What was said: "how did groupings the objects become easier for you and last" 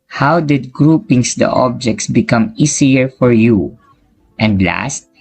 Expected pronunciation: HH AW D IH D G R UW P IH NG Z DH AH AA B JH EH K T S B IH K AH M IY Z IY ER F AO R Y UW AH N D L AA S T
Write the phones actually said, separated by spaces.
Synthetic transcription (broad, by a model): HH AW D IH D G R UW P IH NG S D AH AA B JH EH K T S B IH K AH M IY S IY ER F AO R Y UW AH N D L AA S T